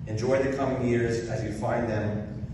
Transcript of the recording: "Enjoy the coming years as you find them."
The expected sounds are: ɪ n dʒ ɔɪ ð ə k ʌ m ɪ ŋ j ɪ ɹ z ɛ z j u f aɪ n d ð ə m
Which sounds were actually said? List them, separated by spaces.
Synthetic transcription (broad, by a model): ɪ n dʒ ɔɪ ð ə k ʌ m ɪ ŋ j ɪ ɹ z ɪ z j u f aɪ n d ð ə m